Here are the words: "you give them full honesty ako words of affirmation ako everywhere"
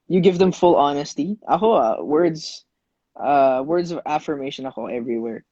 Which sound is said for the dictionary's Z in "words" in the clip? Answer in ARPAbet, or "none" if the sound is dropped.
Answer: Z